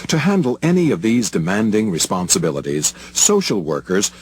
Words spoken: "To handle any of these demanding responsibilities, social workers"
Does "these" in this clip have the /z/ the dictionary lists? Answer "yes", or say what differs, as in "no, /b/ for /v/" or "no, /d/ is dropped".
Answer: yes